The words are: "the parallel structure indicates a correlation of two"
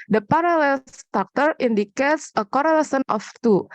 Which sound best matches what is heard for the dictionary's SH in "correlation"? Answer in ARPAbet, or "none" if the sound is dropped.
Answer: S